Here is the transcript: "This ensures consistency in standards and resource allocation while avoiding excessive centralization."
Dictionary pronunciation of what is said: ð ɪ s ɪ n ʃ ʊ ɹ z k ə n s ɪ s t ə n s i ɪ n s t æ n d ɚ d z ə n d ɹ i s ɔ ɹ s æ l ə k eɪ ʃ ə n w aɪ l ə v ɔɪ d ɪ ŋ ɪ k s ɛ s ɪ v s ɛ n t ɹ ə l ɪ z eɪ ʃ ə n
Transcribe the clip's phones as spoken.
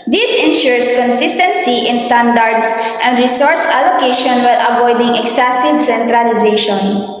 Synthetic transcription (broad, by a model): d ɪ s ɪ n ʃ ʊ ɹ s k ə n s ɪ s t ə n s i ɪ n s t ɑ n d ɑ d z ə n d ɹ i s ɔ ɹ s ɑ l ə k eɪ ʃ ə n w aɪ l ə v ɔɪ d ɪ ŋ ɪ k s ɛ s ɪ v s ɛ n t ɹ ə l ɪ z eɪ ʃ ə n